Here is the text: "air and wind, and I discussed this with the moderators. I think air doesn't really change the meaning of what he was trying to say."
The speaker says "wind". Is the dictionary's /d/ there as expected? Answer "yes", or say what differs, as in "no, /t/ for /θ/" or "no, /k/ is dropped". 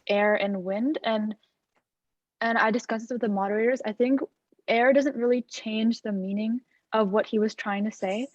yes